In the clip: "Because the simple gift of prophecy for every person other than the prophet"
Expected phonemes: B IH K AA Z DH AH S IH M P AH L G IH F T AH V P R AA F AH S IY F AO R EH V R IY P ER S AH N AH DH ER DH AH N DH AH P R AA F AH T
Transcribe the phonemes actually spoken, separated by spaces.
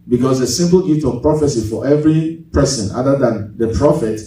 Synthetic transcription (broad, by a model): B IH K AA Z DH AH S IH M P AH L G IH T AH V P R AA F AH S IY F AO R EH V R IY P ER S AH N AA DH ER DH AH N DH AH P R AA F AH T